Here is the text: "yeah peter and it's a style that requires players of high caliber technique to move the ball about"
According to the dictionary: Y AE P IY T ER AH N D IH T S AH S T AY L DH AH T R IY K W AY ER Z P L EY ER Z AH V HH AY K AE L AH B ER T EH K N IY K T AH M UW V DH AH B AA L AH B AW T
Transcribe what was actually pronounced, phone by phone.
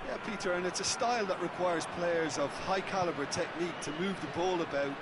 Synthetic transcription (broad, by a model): Y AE P IY T ER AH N IH T S AH S T AY L DH AH T R IY K W AY ER Z P L EY ER Z AH V HH AY K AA L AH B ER T EH K N IY K T AH M UW V DH AH B AA L AH B AW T